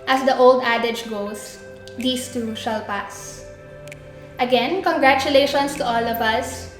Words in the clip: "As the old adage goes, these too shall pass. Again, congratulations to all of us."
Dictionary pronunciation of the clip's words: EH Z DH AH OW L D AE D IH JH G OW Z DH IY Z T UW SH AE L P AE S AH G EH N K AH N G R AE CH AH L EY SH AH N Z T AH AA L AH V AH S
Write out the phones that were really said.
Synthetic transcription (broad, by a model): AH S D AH OW L D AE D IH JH G OW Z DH IY S T UW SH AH L P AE S AH G EH N K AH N G R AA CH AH L EY SH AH N S T AH AA L AH V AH S